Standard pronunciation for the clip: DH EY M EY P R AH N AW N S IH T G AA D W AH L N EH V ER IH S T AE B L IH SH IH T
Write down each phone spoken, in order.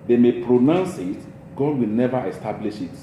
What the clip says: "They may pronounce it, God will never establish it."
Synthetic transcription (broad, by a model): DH EY M EY P R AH N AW N S IH T G AA D W AH L N EH V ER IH S T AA B L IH SH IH T